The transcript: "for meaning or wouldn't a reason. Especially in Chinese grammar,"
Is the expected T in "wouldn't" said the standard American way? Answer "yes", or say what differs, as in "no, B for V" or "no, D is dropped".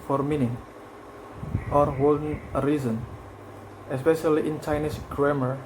no, T is dropped